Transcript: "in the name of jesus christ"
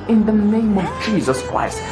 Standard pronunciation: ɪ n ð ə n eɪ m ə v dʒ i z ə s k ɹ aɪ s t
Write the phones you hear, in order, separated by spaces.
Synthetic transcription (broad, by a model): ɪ n ð ə n eɪ m ə v dʒ i z ə s k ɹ aɪ s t